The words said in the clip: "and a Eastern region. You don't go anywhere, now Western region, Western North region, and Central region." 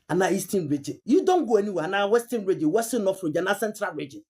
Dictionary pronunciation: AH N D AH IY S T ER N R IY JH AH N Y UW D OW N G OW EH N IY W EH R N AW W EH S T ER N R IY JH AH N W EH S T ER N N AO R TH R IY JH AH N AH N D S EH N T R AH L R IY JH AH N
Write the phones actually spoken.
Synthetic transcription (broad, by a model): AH N AH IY S T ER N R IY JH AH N Y UW D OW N G OW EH N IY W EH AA N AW W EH S T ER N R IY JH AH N W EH S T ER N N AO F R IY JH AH N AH S EH N T R AH L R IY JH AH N